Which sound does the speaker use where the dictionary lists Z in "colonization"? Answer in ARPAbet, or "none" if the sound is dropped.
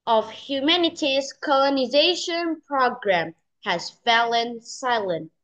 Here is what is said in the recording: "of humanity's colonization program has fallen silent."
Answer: Z